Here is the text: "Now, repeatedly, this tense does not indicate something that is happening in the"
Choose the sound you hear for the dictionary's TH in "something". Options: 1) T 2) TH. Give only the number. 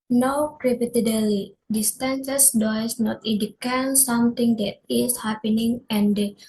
1